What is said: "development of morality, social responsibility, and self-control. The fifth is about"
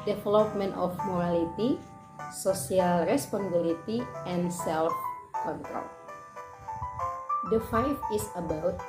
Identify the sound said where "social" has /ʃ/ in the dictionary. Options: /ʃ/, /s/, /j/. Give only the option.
/s/